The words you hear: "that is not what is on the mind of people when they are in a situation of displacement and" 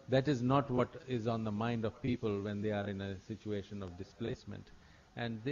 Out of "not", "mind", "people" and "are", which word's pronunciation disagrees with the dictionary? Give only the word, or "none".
none